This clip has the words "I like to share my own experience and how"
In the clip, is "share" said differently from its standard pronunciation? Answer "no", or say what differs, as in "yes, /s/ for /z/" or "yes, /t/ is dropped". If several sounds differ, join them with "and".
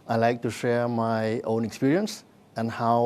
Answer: no